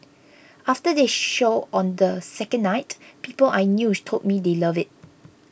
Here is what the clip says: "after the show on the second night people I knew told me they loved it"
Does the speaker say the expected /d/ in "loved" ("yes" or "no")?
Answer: no